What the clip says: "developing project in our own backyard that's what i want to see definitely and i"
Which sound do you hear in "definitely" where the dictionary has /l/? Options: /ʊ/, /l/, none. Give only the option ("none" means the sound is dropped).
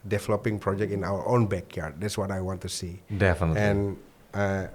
none